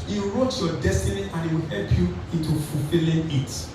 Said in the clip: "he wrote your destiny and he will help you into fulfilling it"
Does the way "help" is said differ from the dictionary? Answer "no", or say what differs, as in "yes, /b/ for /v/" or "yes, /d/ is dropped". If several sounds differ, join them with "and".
no